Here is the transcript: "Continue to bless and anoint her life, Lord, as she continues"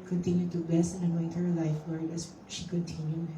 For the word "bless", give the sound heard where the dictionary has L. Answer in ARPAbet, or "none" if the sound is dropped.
none